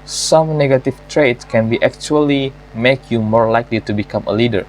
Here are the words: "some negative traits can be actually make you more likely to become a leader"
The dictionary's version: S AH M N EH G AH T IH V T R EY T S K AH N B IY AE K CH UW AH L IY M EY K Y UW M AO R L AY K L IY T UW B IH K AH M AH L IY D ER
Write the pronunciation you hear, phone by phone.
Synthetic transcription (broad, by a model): S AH M N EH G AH T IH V T R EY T K AH N B IY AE K CH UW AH L IY M EY K Y UW M AO R L AY K L IY T UW B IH K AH M AH L IY D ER